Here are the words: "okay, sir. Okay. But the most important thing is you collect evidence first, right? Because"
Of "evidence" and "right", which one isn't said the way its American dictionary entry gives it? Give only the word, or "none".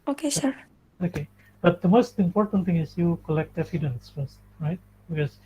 evidence